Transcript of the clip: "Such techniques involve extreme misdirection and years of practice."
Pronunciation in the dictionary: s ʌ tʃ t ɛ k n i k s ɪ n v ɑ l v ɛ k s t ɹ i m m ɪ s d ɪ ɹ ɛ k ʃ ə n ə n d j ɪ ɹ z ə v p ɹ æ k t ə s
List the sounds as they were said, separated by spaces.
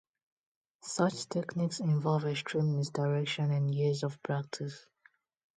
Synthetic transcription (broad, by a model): s ʌ tʃ t ɛ k n i k s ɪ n v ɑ l v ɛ s t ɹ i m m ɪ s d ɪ ɹ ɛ k ʃ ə n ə n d j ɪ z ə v p ɹ æ k t ə s